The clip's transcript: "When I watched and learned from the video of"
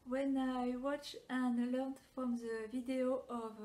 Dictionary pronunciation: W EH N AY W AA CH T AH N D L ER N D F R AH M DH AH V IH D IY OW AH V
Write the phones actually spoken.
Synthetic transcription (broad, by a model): W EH N AY W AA CH AH N L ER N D F R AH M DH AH V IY D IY OW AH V